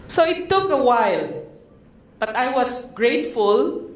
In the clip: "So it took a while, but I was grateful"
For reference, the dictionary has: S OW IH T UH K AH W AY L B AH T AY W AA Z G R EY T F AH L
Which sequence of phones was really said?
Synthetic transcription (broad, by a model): S OW IH T UH K AH W AY L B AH T AY W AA S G R EY T F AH L